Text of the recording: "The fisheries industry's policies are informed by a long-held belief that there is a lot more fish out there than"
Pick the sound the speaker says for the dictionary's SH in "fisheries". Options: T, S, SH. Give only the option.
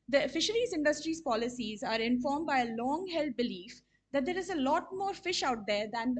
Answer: SH